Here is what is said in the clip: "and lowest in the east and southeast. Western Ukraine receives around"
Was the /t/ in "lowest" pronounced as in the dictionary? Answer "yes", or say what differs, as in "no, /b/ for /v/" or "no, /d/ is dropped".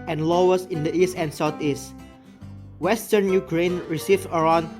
no, /t/ is dropped